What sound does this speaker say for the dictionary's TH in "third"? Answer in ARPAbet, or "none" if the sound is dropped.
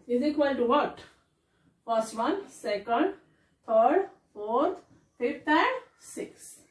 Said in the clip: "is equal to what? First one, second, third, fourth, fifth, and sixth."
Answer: T